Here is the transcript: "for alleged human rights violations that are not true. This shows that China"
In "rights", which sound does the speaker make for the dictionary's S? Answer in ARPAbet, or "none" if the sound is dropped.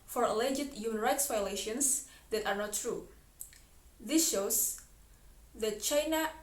S